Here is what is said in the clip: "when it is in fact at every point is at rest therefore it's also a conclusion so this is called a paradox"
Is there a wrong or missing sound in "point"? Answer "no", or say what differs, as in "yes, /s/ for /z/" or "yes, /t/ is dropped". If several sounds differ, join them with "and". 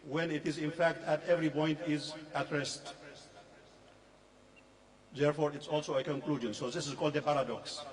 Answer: no